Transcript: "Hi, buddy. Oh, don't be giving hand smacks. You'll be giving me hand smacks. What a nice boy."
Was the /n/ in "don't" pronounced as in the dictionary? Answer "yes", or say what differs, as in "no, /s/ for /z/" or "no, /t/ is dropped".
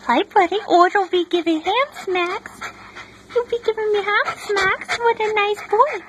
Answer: no, /l/ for /n/